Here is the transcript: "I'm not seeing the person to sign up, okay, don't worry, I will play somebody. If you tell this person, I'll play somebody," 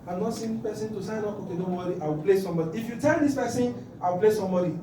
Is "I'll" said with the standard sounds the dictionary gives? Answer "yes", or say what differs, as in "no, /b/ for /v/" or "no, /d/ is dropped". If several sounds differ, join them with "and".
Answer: no, /w/ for /l/